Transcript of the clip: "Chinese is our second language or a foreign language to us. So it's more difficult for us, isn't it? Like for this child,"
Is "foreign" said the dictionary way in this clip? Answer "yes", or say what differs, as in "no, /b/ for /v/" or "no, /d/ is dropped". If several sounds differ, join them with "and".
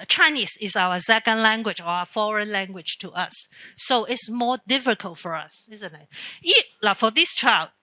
yes